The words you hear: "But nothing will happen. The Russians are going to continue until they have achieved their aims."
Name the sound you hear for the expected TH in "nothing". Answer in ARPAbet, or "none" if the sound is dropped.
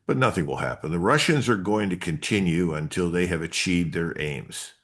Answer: TH